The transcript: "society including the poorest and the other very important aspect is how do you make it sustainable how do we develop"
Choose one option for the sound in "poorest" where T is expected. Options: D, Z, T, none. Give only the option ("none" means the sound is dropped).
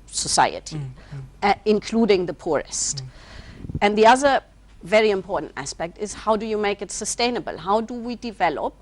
T